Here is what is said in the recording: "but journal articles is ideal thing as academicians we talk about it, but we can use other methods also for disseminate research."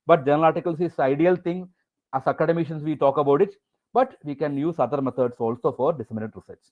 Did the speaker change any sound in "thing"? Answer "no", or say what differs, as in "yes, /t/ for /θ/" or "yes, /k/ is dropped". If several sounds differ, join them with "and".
yes, /t/ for /θ/